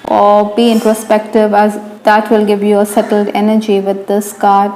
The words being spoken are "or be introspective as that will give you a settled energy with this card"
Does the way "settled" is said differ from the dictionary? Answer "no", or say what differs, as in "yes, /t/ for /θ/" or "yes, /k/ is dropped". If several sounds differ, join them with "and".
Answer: no